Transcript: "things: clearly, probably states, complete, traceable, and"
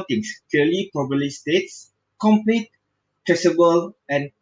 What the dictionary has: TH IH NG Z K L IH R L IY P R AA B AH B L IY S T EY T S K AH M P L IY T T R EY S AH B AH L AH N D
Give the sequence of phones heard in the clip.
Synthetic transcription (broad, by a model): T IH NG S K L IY L IY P AA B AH L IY S T EY T S K AH M P L IY T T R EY S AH B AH L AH N